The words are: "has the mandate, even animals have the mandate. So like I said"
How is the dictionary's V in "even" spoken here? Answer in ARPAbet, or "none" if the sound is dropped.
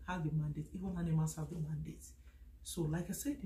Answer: W